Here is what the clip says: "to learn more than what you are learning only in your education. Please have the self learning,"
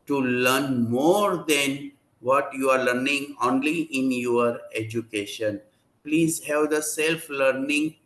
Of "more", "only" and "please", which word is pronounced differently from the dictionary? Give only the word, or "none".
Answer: none